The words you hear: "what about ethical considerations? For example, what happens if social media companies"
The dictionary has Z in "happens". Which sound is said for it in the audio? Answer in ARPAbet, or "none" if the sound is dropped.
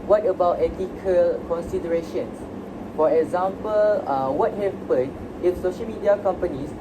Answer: none